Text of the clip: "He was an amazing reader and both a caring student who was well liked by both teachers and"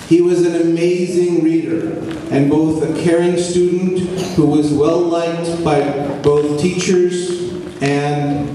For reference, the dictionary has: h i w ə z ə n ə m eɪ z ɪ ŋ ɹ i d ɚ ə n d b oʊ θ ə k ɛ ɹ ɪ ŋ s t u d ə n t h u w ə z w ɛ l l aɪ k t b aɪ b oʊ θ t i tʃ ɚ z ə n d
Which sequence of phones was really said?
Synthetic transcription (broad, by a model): h i w ə z ə n ə m eɪ z ɪ ŋ ɹ i d ɚ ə n b oʊ θ ə k ɛ ɹ ɪ ŋ s t u d n t h u w ə z w ɛ l l aɪ k t b aɪ b oʊ θ t i tʃ ɚ z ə n